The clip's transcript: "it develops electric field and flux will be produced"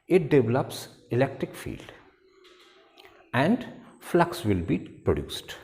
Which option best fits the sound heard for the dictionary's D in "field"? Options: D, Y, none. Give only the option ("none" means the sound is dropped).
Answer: D